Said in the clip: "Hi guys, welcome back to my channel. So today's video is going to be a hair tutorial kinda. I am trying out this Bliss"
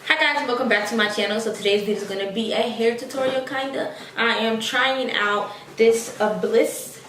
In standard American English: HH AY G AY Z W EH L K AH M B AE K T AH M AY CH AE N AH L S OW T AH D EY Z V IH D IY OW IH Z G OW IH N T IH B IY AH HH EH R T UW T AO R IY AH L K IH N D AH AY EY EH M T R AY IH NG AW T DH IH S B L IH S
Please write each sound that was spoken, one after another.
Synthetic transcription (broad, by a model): HH AY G AY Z W EH L K AH M B AE K T AH M AY CH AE N L S OW T AH D EY Z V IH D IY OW IH Z G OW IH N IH B IY AH HH EH R T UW T AO R IY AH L K IH N D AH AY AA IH M T R AY IH NG AW T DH IH S B L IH S